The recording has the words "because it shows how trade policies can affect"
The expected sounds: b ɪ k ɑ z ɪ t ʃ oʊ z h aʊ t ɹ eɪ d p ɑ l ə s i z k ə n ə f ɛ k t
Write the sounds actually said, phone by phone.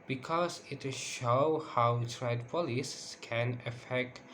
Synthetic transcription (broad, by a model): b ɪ k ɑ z ɪ t ʃ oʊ h aʊ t ɹ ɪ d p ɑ l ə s k ə n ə f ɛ k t